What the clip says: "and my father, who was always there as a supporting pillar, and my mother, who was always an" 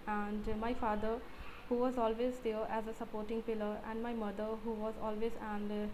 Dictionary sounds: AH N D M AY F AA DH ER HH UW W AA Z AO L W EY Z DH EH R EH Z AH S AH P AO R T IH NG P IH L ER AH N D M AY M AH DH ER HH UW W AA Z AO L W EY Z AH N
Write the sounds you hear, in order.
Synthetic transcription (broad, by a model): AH N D M AY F AA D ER HH UW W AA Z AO L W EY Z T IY L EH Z AH S AH P AO R T IH NG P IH L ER AH N D M AY M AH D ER HH UW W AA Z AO L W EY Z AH N